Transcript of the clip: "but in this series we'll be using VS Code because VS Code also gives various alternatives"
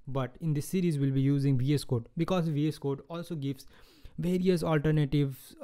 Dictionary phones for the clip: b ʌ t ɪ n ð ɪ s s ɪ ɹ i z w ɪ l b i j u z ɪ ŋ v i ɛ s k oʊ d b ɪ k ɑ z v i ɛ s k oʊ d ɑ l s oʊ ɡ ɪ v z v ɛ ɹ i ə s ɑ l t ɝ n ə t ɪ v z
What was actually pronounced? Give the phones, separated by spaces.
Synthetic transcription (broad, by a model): b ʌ t ɪ n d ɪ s s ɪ ɹ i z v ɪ l b i j u z ɪ ŋ v i ɛ s k oʊ d b ɪ k ɑ z v i ɛ s k oʊ d ɑ l s oʊ ɡ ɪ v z v ɛ ɹ i ə s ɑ l t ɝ n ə t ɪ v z